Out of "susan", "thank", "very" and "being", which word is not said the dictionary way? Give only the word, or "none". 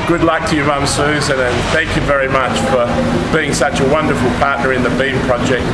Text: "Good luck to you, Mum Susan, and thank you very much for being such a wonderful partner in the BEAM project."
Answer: none